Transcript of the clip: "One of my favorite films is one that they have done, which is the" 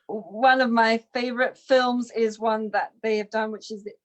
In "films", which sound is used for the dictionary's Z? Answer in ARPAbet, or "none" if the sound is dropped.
Z